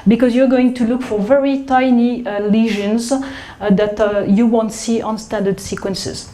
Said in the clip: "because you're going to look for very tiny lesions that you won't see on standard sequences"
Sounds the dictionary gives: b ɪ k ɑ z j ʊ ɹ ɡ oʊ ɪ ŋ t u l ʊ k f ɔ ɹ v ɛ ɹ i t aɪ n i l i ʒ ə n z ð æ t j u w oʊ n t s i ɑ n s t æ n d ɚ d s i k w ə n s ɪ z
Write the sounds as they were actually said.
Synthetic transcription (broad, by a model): b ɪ k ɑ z j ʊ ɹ ɡ oʊ ɪ ŋ t u l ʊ k f ɔ ɹ v ɛ ɹ i t aɪ n i l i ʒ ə n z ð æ t j u w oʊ n t s i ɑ n s t æ n d ɚ d s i k w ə n s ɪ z